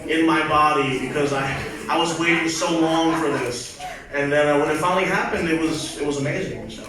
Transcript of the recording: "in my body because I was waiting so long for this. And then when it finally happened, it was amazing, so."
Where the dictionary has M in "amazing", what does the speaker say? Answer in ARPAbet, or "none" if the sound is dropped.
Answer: M